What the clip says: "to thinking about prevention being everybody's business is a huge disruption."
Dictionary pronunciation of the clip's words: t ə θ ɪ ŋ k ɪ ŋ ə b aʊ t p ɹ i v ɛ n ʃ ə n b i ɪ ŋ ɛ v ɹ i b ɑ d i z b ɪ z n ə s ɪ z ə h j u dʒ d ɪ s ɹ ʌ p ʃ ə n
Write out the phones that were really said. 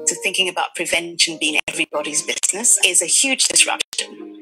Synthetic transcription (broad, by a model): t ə θ ɪ ŋ k ɪ ŋ ə b aʊ t p ɹ i v ɛ n ʃ ə n b i ɪ ŋ ɛ v ɹ i b ɑ d i z b ɪ z n ə s ɪ z ə h j u dʒ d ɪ s ɹ ʌ p ʃ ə n